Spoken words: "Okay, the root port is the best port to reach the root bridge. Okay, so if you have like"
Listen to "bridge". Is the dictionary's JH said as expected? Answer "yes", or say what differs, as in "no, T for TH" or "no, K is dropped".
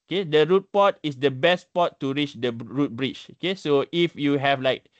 no, CH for JH